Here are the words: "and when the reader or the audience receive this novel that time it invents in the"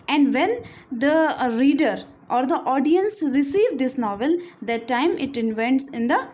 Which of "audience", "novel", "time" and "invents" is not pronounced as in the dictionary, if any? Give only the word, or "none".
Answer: none